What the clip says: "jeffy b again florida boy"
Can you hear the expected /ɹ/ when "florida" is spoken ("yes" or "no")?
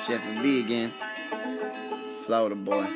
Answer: no